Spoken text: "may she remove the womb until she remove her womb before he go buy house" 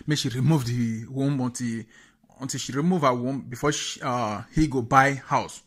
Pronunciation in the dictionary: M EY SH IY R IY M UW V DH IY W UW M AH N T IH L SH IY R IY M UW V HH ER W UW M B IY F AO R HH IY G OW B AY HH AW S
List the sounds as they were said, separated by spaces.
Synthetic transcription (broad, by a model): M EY SH IY R IY M UW V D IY W UW M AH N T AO N SH IY R IY M UW V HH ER W UW M B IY F AO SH HH IY G OW B AY HH AW S